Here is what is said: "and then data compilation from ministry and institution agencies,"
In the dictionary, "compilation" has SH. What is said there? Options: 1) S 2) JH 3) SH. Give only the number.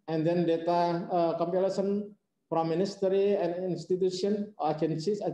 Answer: 1